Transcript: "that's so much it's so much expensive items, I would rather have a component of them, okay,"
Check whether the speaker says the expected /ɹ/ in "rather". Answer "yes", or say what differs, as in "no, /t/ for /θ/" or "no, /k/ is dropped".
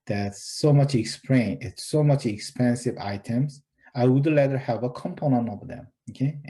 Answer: no, /l/ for /ɹ/